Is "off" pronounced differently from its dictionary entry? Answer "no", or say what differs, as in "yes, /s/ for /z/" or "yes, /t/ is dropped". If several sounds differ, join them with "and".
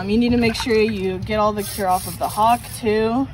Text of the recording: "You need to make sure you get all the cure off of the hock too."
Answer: no